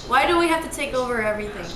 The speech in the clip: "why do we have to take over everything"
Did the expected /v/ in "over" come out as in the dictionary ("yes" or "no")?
yes